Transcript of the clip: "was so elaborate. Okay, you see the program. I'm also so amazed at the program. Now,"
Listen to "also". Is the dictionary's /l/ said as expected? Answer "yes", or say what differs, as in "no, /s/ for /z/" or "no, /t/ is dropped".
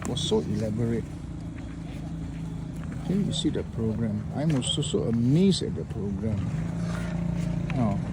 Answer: no, /l/ is dropped